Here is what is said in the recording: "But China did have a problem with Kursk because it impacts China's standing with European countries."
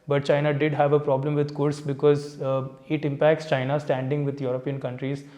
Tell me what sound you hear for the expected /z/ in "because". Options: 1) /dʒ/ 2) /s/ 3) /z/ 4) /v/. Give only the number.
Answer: 3